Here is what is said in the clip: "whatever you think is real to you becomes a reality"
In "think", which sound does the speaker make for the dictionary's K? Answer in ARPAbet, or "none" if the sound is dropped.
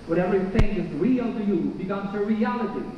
none